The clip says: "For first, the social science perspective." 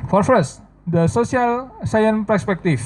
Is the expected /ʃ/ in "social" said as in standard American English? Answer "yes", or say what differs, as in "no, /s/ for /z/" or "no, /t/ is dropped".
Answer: no, /s/ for /ʃ/